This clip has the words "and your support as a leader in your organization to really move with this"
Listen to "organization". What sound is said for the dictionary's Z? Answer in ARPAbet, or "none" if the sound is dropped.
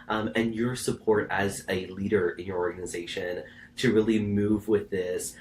Z